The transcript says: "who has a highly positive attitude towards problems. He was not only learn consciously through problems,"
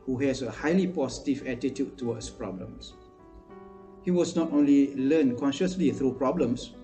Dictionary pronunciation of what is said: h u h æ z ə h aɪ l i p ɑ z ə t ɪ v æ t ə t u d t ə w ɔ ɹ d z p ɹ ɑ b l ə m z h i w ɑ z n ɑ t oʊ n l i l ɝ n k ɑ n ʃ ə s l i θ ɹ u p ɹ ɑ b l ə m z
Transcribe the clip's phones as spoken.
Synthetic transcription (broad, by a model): h u h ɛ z ə h aɪ l i p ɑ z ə t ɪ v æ t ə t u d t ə w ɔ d s p ɹ ɑ b l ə m s h i w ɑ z n ɑ t oʊ n l i l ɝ n k ɑ n ʃ ə s l i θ ɹ u p ɹ ɑ b l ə m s